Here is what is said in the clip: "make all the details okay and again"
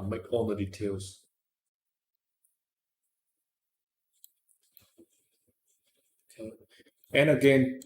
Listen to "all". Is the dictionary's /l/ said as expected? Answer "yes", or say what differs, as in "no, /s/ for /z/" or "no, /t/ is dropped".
no, /n/ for /l/